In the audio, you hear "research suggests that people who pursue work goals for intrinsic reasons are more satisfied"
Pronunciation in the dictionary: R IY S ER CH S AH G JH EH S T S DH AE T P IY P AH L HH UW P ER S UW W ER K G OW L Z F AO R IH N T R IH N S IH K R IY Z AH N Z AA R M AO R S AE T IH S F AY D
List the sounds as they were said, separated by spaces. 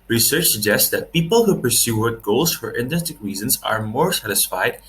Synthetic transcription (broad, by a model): R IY S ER CH S AH G JH EH S T S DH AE T P IY P AH L HH UW P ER S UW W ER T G OW L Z F AO R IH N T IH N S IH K R IY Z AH N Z AA R M AO R S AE T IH S F AY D